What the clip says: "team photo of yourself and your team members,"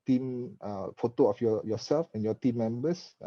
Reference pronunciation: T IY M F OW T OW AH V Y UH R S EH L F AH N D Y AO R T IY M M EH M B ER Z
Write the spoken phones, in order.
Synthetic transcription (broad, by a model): T IY M F OW T OW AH F Y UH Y S EH L F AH N Y AO T IY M M EH M B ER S